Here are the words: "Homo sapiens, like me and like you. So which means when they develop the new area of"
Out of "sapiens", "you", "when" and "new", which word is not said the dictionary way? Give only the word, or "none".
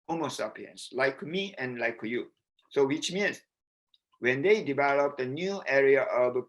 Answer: sapiens